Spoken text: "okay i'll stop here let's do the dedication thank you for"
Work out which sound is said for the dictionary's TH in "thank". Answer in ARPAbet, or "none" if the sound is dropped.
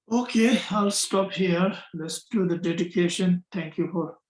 T